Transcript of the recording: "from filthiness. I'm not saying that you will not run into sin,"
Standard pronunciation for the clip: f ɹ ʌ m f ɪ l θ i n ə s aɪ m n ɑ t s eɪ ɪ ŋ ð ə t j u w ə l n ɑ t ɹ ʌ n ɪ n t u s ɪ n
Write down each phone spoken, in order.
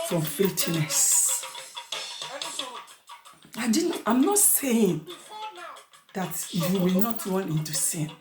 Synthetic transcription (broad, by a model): f ɹ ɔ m f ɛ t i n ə s aɪ m n ɑ t s eɪ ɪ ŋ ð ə t j u w ə l n ɑ t ɹ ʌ n ɪ n t u s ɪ n